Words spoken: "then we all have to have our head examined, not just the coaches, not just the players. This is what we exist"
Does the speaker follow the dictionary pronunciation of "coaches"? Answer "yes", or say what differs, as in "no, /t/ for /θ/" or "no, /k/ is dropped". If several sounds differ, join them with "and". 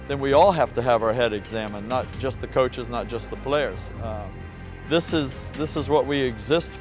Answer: yes